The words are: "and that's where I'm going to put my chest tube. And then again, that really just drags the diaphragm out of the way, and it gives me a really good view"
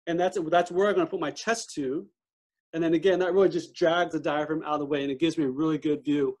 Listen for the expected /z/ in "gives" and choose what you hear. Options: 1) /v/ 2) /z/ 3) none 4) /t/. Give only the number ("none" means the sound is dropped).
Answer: 2